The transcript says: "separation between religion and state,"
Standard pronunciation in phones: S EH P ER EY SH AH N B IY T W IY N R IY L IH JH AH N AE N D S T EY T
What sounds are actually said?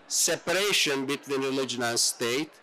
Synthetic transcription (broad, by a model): S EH P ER EY SH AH N B IY T W IY N R IY L IH JH AH N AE N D S T EY T